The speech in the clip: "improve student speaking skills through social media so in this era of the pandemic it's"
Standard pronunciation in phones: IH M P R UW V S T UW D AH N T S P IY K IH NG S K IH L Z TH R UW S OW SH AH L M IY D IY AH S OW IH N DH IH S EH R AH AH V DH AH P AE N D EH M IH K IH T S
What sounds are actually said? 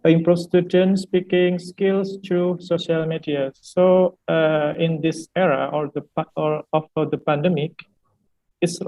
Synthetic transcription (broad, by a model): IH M P R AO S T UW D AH N S P IY K IH NG S K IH L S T R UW S OW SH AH L M IY D IY AH S OW IH N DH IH S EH R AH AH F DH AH P AE N D EH M IH K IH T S